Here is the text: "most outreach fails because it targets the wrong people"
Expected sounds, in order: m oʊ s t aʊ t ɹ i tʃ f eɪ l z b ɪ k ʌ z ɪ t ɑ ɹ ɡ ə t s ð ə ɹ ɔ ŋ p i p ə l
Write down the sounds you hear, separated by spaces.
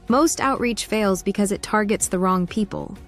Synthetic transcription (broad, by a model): m oʊ s t aʊ t ɹ i tʃ f eɪ l z b ɪ k ʌ z ɪ t ɑ ɹ ɡ ə t s ð ə ɹ ɔ ŋ p i p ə l